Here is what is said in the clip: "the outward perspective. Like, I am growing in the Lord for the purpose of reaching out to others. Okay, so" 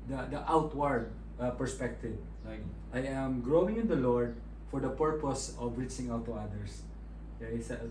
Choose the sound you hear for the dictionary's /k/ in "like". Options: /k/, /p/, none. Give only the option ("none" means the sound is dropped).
none